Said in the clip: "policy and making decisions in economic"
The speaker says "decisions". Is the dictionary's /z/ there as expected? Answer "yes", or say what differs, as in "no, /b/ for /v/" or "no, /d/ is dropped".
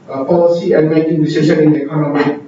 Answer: no, /z/ is dropped